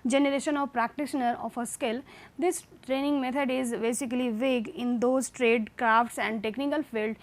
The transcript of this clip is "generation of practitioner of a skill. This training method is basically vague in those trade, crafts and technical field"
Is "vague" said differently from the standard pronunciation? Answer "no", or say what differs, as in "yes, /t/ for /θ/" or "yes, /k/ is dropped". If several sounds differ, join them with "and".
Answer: no